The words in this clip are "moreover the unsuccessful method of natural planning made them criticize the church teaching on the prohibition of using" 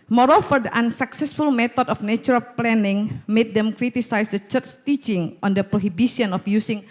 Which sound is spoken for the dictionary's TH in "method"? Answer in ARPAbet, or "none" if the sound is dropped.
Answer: T